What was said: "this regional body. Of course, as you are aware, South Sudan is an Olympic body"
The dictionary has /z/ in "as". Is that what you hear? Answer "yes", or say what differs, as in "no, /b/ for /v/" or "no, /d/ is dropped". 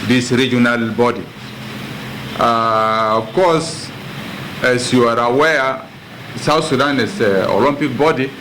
no, /s/ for /z/